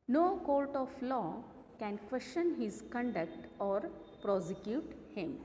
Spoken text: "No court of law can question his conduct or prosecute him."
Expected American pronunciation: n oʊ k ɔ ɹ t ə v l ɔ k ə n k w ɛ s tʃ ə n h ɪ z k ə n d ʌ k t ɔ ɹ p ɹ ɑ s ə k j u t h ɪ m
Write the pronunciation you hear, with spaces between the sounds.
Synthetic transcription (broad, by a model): n oʊ k ɔ l t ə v l ɔ k ə n k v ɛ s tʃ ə n h ɪ z k ə n d ʌ k t ɔ ɹ p ɹ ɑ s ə k j u t h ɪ m